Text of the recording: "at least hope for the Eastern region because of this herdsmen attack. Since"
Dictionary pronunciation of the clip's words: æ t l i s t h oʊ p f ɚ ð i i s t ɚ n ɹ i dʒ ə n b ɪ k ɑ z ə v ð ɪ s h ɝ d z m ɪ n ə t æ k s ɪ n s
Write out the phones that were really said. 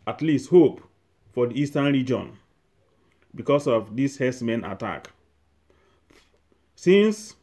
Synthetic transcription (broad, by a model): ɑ t l i s t h oʊ p f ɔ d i i s t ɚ n ɹ i dʒ ə n b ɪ k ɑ s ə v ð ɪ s h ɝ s m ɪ n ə t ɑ k s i n s